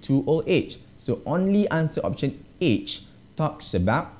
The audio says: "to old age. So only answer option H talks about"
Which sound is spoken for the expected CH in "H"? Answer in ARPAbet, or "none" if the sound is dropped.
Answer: CH